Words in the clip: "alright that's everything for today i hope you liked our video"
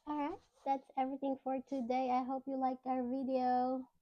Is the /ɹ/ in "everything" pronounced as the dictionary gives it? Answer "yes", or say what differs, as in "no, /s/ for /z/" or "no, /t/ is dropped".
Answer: yes